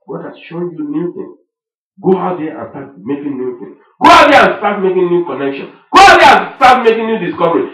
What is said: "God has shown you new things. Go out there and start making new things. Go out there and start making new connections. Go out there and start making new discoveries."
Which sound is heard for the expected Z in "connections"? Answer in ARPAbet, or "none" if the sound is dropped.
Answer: none